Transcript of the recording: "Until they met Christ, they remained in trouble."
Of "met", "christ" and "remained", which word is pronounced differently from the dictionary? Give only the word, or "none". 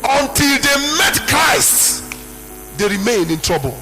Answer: remained